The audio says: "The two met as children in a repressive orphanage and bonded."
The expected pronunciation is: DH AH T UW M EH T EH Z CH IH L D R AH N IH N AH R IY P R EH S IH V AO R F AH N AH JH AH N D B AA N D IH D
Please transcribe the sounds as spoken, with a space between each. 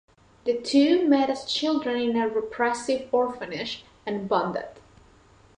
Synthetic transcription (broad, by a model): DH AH T UW M EH T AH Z CH IH L D R AH N IH N AH R IY P R EH S IH V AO R F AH N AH SH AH N B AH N D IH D